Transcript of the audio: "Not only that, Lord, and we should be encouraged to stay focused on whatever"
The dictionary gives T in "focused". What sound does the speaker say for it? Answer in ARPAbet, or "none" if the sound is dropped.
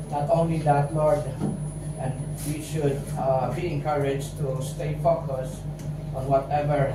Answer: none